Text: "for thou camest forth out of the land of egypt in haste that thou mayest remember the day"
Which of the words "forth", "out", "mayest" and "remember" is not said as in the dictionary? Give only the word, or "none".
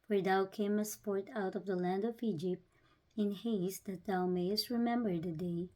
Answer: forth